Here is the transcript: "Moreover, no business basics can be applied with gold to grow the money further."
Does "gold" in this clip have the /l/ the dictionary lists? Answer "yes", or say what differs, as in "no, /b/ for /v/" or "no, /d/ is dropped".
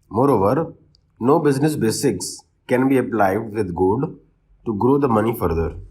no, /l/ is dropped